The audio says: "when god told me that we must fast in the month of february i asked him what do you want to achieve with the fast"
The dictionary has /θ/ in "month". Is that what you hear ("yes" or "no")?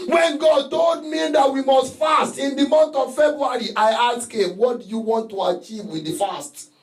no